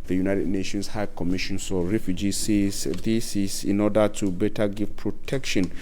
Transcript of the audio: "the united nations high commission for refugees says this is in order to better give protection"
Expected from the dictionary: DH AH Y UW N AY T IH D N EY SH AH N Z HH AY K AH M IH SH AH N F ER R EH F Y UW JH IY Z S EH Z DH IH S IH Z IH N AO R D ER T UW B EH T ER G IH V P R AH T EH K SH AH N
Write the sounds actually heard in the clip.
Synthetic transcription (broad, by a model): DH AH Y UW N AY T IH D N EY SH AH N S HH AY K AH M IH SH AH N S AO R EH F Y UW JH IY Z S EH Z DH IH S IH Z IH N AO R D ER T UW B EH T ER G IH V P R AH T EH K SH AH N